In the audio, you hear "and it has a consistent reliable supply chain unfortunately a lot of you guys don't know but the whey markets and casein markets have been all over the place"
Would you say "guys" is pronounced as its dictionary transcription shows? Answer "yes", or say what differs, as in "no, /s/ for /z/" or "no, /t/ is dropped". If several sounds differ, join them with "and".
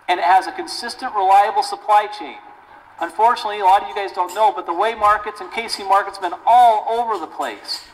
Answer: yes